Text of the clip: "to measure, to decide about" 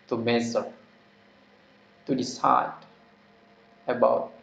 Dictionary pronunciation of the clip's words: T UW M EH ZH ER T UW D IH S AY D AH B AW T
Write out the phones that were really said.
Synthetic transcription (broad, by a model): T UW M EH Z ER T UW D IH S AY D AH B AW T